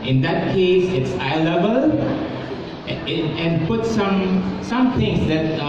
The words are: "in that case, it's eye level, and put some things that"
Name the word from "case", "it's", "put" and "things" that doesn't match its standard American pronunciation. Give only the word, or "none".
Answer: things